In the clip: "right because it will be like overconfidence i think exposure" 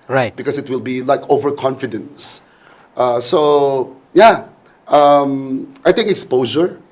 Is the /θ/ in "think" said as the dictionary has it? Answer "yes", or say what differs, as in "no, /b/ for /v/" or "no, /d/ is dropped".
no, /t/ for /θ/